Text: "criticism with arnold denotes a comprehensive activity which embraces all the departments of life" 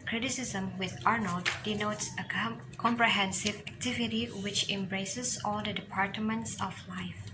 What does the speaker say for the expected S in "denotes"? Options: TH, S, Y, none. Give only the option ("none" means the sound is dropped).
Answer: S